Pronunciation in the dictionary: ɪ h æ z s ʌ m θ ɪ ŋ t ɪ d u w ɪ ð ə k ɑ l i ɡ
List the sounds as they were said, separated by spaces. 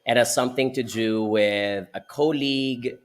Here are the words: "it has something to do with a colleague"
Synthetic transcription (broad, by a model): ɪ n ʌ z s ʌ m θ ɪ ŋ t ɪ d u w ɪ ð ə k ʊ l i ɡ